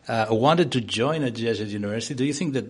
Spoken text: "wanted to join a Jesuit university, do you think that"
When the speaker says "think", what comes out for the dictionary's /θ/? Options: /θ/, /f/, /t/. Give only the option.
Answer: /θ/